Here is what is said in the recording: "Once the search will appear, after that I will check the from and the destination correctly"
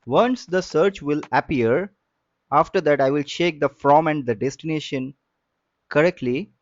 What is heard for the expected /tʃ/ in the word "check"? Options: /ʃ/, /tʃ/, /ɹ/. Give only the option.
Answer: /ʃ/